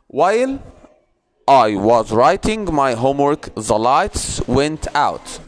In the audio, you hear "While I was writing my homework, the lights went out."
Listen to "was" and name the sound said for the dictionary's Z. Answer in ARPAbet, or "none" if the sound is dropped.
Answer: Z